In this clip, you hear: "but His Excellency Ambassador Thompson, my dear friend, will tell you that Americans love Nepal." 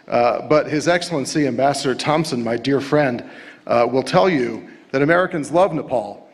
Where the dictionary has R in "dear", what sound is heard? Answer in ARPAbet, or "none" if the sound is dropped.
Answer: R